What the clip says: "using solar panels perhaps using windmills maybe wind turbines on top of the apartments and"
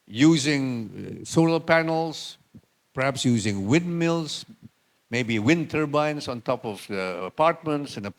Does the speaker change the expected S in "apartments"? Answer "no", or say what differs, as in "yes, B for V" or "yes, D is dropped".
no